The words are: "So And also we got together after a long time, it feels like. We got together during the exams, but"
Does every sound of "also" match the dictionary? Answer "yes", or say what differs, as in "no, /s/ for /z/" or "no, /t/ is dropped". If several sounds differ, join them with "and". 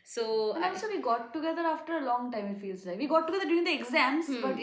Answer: no, /l/ is dropped